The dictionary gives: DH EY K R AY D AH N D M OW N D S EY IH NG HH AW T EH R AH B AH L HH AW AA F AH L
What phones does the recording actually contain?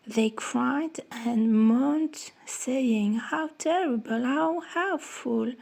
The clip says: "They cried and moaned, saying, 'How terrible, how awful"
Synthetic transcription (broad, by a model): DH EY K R AY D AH N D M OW N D S EY IH NG HH AW T EH R AH B AH L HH AW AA F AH L